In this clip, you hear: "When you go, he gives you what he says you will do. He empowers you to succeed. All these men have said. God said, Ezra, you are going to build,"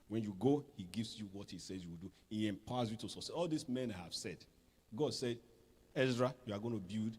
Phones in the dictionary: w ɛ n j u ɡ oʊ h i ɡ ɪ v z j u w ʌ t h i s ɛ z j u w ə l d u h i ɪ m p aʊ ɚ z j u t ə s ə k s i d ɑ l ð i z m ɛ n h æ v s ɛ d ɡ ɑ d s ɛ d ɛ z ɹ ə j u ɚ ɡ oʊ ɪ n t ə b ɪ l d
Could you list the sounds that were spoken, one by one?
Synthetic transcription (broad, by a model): w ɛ n j u ɡ oʊ h i ɡ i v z j u w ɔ t h i s ɛ z j u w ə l d u h i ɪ m p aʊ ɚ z j u t ə s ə s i ɑ l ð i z m ɛ n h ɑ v s ɛ d ɡ ɑ d s ɛ d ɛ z ɹ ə j u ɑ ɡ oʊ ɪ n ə b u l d